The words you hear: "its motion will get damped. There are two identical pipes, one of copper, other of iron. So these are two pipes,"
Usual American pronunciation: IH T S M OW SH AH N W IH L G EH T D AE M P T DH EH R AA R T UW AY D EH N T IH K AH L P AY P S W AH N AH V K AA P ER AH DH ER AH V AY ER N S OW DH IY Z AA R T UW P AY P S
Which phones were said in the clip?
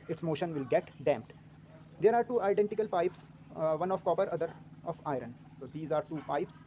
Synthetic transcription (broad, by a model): IH T S M OW SH AH N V IH L G EH T D AE M P T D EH R AA R T UW AY D EH N T IH K AH L P AY P S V AH N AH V K AA P ER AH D ER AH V AY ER N S OW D IY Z AA R T UW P AY P S